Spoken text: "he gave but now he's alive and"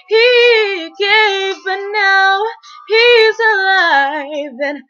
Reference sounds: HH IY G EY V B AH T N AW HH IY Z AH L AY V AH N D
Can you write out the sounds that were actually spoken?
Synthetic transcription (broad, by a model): HH IY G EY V B AH T N AW HH IY Z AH L AY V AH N